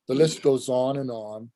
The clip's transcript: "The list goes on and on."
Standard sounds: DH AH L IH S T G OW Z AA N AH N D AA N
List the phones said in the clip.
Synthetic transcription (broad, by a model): DH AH L IH S T G OW Z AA N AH N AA N